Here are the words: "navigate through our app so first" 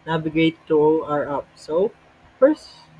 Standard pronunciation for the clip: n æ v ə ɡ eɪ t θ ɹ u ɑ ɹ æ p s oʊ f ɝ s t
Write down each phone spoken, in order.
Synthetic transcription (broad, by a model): n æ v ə ɡ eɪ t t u ɑ ɹ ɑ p s oʊ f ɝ s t